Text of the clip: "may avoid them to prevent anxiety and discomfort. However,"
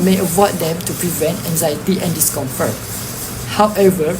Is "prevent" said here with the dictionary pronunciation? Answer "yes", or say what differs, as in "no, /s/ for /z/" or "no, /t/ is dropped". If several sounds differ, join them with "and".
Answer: yes